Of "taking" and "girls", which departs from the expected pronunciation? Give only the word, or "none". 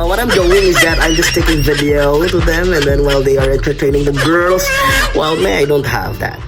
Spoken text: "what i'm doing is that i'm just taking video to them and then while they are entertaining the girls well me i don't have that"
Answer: none